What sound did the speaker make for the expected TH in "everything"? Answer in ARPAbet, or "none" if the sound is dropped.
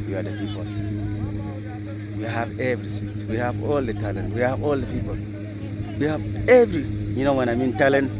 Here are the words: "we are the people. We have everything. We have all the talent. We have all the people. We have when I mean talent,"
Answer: S